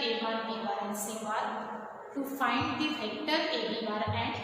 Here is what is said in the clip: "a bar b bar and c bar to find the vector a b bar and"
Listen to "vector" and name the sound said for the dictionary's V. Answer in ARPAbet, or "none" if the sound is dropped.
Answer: F